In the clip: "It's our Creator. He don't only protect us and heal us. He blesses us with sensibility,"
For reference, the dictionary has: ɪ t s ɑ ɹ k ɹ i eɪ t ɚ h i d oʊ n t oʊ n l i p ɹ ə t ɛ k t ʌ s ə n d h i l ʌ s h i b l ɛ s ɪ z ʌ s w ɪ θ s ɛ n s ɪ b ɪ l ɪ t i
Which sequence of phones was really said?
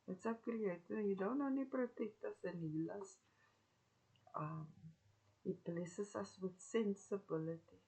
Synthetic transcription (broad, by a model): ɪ t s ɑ k ɹ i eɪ t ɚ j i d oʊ n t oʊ n i p ɹ ə t ɛ k t ʌ s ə n h i l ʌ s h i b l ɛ s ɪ s ʌ s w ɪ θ s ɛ n s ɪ b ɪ l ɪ t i